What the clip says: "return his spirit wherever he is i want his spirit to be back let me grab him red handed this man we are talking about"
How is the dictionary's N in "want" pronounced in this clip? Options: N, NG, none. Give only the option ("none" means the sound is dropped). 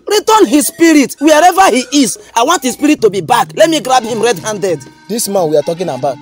N